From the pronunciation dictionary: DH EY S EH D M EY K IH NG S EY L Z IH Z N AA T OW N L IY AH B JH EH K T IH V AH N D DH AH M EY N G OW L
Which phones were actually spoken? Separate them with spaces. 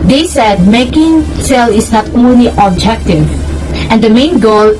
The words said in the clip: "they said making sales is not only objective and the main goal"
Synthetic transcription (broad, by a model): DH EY S EH D M EY K IH NG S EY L IH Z N AA T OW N L IY AH B JH EH K T IH V AH N D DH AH M EY N G OW L